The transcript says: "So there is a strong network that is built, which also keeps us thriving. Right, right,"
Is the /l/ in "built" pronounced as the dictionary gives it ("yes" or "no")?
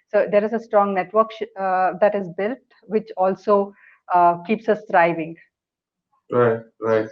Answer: yes